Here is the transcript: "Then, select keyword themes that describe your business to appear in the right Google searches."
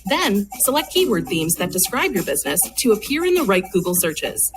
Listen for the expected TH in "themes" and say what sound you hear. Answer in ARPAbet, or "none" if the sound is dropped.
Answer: TH